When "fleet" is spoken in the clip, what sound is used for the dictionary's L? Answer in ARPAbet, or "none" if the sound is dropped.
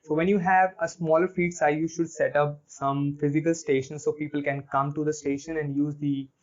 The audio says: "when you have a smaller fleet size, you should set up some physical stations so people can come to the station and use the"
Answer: none